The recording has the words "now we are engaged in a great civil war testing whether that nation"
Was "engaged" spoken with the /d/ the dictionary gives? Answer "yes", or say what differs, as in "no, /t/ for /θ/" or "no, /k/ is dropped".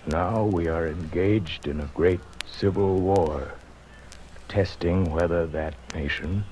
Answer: yes